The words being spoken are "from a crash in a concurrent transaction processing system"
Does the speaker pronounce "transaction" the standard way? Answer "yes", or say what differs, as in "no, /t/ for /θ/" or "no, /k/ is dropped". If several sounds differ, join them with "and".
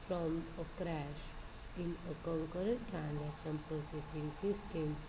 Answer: no, /s/ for /ʃ/